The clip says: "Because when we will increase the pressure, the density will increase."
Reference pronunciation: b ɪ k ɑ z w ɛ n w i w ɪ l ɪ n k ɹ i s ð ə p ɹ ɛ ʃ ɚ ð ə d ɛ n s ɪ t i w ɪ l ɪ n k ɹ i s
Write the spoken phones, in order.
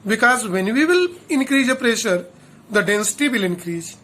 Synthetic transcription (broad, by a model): b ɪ k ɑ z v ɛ n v i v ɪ l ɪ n k ɹ i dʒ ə p ɹ ɛ ʃ ɚ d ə d ɛ n s ɪ t i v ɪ l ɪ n k ɹ i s